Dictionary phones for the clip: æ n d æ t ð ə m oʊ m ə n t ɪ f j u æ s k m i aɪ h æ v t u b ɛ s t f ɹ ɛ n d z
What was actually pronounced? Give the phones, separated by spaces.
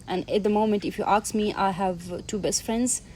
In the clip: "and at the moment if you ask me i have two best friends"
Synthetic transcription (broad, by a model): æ n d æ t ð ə m oʊ m ə n t ɪ f j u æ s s m i aɪ h æ v t u b ɛ s t f ɹ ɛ n d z